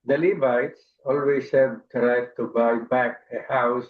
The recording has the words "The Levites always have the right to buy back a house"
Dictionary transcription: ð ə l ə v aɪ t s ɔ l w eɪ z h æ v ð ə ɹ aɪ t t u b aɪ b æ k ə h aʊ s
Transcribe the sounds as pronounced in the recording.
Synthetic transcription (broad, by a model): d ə l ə b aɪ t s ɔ l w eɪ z h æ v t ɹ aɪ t t u b aɪ b æ k ə h aʊ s